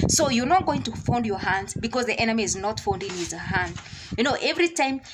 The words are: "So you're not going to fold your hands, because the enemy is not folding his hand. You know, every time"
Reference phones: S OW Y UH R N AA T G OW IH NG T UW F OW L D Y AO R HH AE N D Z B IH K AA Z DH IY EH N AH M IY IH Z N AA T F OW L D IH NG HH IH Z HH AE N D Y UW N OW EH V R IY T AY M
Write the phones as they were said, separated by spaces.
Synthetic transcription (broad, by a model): S OW Y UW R N AA T G OW IH NG T UW F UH N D Y AO R HH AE N D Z B IH K AA Z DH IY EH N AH M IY IH Z N AA T F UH N D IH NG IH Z HH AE N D Y UW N OW EH V R IY T AY M